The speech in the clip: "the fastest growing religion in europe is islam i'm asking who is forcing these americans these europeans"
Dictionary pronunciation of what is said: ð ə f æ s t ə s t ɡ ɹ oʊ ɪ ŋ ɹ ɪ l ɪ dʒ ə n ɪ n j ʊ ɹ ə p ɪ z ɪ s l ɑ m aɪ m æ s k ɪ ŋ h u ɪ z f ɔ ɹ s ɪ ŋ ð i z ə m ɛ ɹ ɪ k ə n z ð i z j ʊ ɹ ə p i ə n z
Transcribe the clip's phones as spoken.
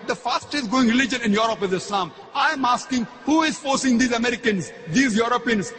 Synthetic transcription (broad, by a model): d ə f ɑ s t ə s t ɡ oʊ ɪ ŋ ɹ ɪ l ɪ dʒ ə n ɪ n j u ɹ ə p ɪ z ɪ s l ɑ m aɪ m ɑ s k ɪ ŋ h u ɪ z f ɔ ɹ s ɪ ŋ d i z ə m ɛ ɹ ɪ k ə n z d i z j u ɹ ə p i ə n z